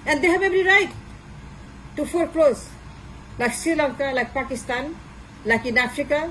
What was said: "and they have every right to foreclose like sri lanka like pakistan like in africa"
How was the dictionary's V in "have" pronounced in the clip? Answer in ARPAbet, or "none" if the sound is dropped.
B